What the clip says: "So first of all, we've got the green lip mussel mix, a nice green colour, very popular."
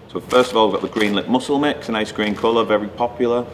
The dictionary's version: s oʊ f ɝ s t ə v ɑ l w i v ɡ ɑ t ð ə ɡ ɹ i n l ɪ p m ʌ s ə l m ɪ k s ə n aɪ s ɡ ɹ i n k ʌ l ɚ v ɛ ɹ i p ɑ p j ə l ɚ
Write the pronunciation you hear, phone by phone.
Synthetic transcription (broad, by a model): s oʊ f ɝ s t ə v ɑ l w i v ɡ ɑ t ð ə ɡ ɹ i n l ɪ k m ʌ s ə l m ɪ k s ə n aɪ s ɡ ɹ i n k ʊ l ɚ v ɛ ɹ i p ɑ p j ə l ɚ